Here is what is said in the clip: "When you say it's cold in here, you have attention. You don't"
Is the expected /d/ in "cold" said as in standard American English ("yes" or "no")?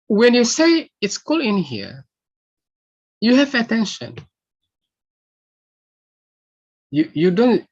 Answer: no